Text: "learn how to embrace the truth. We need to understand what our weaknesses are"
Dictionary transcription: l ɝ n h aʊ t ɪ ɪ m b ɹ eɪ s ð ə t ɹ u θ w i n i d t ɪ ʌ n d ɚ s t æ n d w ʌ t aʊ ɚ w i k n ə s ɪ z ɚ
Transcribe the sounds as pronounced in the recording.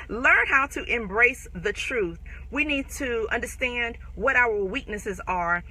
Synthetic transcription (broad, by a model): l ɝ n h aʊ t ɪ ɪ m b ɹ eɪ s ð ə t ɹ u θ w i n i d t ɪ ʌ n d ɚ s t æ n d w ʌ t aʊ ɚ w i k n ə s ɪ z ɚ